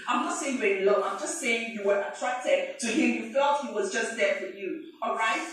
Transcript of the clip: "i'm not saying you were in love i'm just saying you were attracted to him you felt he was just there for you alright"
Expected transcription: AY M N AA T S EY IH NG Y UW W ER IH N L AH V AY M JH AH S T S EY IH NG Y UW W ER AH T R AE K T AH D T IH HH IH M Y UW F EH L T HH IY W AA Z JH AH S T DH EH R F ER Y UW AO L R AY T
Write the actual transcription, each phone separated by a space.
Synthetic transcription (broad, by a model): AY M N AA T S EY IH NG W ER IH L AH AY M JH AH S T S EY IH NG Y UW W ER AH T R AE K T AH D T IH HH IH M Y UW F EH L T HH IY W AA Z JH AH S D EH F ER Y UW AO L R AY T